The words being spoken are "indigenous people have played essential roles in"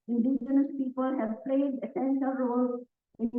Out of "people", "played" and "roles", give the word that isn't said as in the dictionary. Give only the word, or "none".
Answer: roles